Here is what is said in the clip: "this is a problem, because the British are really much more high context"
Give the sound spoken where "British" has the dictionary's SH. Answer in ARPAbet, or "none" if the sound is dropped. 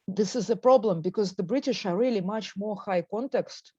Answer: SH